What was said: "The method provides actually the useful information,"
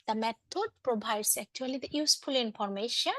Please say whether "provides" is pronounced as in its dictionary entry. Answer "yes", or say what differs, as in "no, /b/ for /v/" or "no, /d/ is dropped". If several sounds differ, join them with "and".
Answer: no, /b/ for /v/ and /s/ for /z/